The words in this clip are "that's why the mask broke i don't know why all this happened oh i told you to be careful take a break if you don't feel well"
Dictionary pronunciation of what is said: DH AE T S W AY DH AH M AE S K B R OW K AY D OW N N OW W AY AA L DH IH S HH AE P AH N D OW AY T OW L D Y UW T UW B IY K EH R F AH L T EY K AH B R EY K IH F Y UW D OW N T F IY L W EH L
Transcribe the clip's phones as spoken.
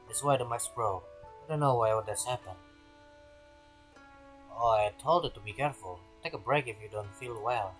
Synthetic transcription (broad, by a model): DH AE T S W AY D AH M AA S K R OW AY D OW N N OW W AY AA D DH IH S HH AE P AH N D OW AY T OW L D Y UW T UW B IY K EH R F AH L T EY K AH B R EY K IH F Y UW D OW N T F IY L W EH L